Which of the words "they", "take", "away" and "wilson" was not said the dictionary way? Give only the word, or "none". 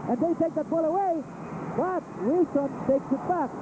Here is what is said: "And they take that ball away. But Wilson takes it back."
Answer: wilson